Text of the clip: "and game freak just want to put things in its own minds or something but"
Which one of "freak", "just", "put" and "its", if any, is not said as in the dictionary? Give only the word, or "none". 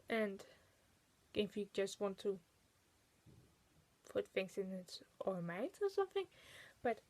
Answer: freak